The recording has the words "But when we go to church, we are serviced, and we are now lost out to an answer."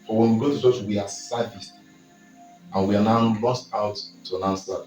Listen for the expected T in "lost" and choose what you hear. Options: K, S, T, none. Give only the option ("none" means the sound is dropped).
T